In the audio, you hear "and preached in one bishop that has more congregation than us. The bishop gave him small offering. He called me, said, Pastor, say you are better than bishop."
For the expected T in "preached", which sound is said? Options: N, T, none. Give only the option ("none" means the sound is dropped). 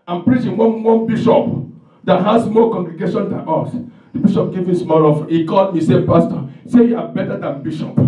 none